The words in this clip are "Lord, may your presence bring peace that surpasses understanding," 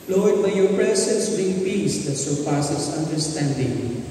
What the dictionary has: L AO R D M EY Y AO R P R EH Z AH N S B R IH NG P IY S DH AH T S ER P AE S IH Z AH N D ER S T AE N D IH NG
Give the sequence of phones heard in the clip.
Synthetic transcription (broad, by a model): L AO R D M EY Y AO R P R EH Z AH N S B IH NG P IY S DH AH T S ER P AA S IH S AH N D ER S T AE N D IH NG